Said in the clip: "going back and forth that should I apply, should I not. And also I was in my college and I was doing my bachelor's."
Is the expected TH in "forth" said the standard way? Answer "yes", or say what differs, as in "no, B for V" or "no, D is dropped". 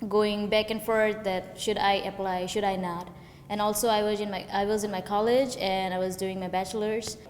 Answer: no, T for TH